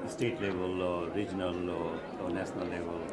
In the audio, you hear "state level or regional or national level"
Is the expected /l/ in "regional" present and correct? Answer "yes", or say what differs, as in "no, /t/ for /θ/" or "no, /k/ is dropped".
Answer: yes